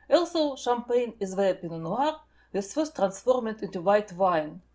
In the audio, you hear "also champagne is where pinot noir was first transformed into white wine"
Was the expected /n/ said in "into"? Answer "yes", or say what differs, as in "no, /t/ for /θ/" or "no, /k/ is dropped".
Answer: yes